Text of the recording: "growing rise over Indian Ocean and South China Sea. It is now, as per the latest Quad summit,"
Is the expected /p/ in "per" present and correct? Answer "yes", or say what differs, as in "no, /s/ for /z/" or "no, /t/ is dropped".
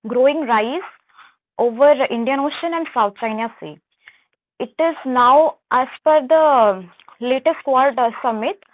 no, /f/ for /p/